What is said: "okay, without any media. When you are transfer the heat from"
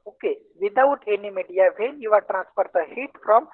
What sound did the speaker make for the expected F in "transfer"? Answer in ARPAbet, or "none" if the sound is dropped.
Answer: P